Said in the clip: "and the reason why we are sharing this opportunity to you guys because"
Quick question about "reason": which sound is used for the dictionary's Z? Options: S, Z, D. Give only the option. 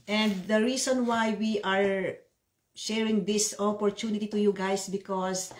S